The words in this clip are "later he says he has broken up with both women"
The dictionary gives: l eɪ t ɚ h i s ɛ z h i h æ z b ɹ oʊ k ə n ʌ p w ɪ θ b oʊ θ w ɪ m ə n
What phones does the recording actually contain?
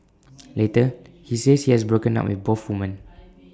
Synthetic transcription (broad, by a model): l eɪ t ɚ h i s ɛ s h i h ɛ s b ɹ oʊ k ə n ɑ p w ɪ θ b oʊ f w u m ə n